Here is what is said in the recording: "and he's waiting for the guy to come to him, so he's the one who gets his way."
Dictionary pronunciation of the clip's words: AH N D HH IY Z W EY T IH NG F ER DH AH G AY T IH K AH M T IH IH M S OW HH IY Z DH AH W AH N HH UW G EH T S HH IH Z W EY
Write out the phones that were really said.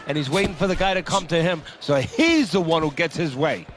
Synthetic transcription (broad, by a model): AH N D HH IY Z W EY T IH NG F ER DH AH G AY T IH K AH M T IH IH M S OW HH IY Z DH AH W AH N HH UW G EH T S HH IH Z W EY